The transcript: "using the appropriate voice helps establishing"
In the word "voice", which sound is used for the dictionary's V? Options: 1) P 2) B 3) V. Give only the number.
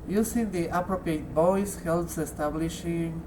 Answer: 2